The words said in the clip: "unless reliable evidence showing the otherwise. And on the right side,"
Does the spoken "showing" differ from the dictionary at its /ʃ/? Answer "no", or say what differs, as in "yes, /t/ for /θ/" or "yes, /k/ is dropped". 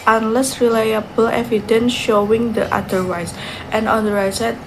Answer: no